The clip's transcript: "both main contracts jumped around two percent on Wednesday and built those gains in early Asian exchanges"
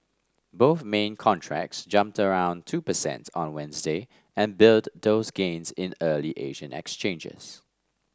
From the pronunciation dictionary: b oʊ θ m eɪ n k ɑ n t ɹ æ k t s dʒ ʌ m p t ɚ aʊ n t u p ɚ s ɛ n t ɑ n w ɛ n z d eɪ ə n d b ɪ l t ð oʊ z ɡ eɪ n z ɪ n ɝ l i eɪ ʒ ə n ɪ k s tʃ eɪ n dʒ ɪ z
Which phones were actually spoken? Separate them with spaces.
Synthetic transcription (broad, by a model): b oʊ θ m eɪ n k ɑ n t ɹ æ k t s dʒ ʌ m p t ɚ aʊ n t u p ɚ s ɛ n t ɑ n w ɛ n z d eɪ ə n b ɪ l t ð oʊ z ɡ eɪ n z ɪ n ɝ l i eɪ ʒ ə n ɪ k s tʃ eɪ n dʒ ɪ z